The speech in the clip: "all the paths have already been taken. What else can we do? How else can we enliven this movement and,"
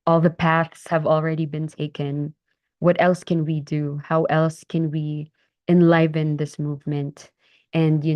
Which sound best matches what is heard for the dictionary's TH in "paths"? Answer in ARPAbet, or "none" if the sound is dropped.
TH